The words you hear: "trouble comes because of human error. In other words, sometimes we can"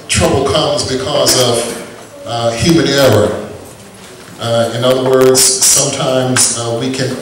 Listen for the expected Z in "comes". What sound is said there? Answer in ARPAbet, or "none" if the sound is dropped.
Z